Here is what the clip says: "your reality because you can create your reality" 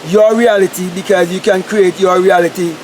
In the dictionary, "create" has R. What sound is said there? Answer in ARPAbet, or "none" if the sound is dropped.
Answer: R